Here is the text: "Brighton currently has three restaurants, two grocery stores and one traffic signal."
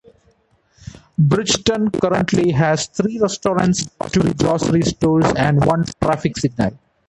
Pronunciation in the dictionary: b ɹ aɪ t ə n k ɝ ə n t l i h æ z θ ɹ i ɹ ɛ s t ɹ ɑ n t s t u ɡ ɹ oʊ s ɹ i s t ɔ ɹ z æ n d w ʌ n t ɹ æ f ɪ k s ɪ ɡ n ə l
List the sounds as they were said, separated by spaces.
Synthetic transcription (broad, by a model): b ɹ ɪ t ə n k ɝ ə n t l i h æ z t ɹ i ɹ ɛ s t ɹ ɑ n t s t u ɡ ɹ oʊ s ɹ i s t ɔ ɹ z æ n d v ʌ n t ɹ æ f ɪ k s ɪ ɡ n ə l